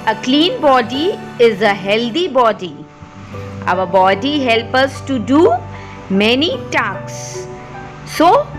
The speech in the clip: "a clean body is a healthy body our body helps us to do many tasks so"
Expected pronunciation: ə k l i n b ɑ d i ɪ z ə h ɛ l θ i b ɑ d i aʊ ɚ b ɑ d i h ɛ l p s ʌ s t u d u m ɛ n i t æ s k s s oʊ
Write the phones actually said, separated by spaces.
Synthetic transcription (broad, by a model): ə k l i n b ɑ d i ɪ z ə h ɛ l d i b ɑ d i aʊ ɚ b ɑ d i h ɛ l p ʌ s t u d u m ɛ n i t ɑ k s s oʊ